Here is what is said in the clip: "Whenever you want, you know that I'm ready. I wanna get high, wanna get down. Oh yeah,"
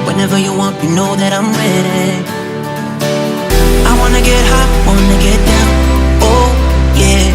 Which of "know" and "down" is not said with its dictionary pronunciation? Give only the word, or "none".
down